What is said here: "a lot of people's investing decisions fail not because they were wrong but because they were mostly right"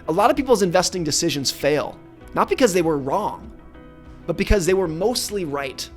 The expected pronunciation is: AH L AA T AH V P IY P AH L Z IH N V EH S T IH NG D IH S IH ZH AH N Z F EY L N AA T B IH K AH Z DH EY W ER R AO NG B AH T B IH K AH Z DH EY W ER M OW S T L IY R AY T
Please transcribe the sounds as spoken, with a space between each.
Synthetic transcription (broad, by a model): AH L AA T AH V P IY P L Z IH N V EH S T IH NG D IH S IH ZH AH N Z F EY L N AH T B IH K AH Z DH EY W ER R AO NG B AH T B IH K AH Z DH EY W ER M OW S T L IY R AY T